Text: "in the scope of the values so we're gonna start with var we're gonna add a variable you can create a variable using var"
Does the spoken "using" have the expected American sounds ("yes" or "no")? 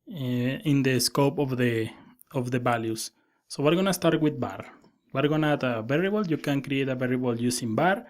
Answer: no